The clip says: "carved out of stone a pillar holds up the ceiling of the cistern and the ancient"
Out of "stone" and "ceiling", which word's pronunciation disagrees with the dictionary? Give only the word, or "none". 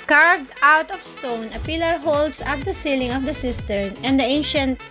none